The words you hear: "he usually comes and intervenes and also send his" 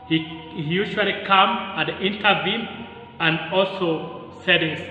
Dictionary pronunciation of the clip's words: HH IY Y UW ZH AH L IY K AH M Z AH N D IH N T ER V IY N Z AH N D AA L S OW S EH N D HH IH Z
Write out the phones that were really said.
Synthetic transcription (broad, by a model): HH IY Y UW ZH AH L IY K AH M AH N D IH N T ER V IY N AH N D AA L S OW S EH D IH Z